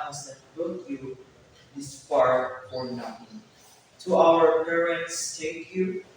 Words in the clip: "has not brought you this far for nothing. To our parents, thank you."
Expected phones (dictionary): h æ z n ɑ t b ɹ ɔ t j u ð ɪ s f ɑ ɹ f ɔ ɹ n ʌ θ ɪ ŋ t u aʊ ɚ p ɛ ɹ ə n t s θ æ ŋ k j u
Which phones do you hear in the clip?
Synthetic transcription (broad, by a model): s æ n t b ɔ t j u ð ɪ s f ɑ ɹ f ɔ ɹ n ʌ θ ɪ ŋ t u aʊ ɚ p ɛ ɹ ə n t s t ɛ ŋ k j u